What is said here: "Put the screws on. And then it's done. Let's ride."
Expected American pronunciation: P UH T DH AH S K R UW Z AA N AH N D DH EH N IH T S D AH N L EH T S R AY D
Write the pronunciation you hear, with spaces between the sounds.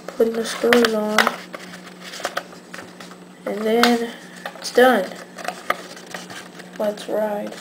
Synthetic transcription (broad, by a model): P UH T DH AH S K UW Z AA N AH N DH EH N IH T S D AH N W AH T S R AY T